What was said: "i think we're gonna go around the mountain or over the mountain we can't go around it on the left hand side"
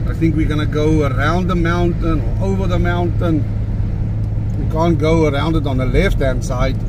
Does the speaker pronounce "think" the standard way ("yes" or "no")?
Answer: yes